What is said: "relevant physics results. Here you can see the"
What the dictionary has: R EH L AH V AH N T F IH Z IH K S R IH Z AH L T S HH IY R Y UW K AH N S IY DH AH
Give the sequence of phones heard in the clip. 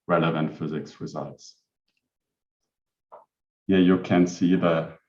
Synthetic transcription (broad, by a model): R EH L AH V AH N T F IH Z IH K S R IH Z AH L T S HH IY Y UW K AH N S IY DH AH